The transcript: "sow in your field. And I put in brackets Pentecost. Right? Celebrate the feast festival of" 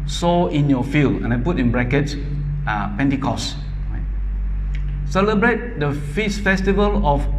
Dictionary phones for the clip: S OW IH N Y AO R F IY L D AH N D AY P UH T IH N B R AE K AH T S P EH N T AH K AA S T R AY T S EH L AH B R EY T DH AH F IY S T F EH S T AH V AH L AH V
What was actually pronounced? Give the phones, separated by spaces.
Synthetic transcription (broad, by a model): S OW IH N Y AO F IY L D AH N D AY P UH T IH N B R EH K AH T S P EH N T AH K AA S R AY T S EH L AH B R EY T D AH F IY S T F EH S T AH V AH L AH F